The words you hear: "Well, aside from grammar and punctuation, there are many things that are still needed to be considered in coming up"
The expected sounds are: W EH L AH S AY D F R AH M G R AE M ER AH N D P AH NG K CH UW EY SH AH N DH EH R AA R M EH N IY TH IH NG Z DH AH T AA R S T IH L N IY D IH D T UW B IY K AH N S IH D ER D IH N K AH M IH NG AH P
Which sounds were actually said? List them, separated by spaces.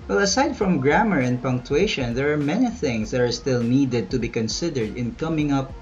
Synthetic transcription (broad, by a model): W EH L AH S AY D F R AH M G R AE M ER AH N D P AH NG K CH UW EY SH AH N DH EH R AA R M EH N IY TH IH NG S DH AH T AA R S T IH L N IY D IH D T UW B IY K AH N S IH D ER D IH N K AH M IH NG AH P